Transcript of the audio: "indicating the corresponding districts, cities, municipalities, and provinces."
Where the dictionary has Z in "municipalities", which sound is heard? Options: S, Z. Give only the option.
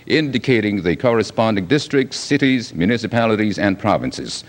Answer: Z